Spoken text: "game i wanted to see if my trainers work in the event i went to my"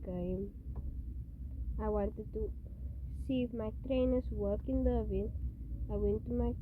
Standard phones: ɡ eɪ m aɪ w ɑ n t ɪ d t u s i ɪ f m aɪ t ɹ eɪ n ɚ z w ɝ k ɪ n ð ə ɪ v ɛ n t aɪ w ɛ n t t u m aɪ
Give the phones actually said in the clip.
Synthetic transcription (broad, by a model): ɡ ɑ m aɪ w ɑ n t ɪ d t u s i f m aɪ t ɹ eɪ n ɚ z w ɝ k ɪ n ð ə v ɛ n aɪ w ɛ n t t u m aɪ